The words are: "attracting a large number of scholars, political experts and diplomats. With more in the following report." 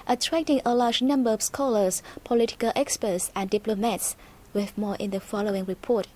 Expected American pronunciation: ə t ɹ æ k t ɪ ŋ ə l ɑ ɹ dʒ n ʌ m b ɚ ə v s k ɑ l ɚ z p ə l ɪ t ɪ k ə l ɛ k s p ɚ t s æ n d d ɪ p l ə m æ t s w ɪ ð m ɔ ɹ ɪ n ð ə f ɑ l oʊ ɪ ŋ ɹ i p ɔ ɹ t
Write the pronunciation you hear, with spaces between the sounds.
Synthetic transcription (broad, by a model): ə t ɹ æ k t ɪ ŋ ə l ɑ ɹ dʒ n ʌ m b ɚ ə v s k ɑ l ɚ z p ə l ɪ t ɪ k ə l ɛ k s p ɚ t s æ n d d ɪ p l ə m æ t s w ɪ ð m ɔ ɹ ɪ n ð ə f ɑ l oʊ ɪ ŋ ɹ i p ɔ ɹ t